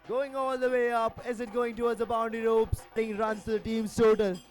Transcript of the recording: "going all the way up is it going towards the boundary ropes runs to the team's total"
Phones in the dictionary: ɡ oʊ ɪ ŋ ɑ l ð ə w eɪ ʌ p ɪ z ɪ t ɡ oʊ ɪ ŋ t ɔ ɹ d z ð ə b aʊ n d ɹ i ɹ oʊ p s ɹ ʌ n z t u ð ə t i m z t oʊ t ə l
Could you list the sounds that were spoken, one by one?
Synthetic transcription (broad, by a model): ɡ oʊ ɪ ŋ ɑ l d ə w eɪ ʌ p ɪ z ɪ t ɡ oʊ ɪ ŋ t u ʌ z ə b aʊ n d i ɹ oʊ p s ɹ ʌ n t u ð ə t i m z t oʊ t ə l